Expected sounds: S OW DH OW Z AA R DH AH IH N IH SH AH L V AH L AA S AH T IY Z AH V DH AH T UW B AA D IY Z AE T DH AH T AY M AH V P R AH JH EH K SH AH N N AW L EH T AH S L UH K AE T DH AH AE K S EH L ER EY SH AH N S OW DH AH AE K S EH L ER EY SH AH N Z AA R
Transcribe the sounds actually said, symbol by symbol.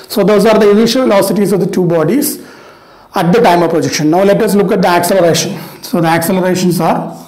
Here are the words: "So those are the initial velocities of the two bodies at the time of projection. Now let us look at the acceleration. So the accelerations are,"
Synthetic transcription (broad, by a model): S OW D OW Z AA R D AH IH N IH SH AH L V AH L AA S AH T IY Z AH V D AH T UW B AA D IY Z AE T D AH T AY M AH V P R AH JH EH K SH AH N N AW L EH T AH S L UH K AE T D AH AE K S EH L ER EY SH AH N S OW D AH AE K S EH L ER EY SH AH N S AA R